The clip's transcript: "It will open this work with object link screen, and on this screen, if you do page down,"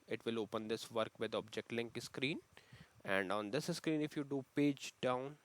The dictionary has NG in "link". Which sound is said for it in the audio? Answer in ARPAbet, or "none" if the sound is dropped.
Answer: NG